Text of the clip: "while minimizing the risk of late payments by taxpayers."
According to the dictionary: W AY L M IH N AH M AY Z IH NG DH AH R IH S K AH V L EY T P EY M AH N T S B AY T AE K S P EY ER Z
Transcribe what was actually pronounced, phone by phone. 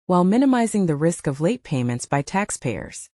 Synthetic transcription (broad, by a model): W AY L M IH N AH M AY Z IH NG DH AH R IH S K AH V L EY T P EY M AH N T S B AY T AE K S P EY ER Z